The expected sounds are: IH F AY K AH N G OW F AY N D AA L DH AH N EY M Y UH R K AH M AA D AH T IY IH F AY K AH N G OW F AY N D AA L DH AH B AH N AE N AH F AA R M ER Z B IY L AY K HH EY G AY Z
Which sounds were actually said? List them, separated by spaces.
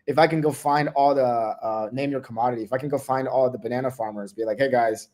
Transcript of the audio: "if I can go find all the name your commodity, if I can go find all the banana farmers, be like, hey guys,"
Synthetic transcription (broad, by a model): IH F AY K AH N G OW F AY N D AA L DH AH N EY M Y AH R K AH M AA D AH T IY IH F AY K N G OW F AY N D AA L DH AH B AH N AE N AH F AA R M ER Z B IY L AY K HH EY G AY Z